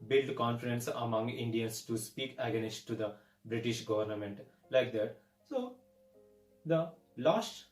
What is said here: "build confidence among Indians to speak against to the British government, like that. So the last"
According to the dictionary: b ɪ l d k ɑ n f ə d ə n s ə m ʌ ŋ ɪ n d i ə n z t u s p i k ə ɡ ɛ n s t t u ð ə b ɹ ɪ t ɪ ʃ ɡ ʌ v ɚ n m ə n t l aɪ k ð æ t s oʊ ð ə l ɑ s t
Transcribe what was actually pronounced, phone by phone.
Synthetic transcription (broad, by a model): b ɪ l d k ɑ n f ə d ə n s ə m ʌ ŋ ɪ n d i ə n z t u s p i k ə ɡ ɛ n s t t u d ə b ɹ ɪ t ɪ ʃ ɡ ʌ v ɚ n m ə n t l aɪ k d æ t s oʊ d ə l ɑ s t